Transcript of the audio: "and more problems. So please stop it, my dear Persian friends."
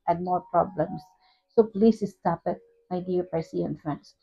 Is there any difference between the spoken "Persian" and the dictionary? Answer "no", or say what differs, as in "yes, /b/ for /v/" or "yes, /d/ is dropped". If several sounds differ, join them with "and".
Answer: yes, /s/ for /ʒ/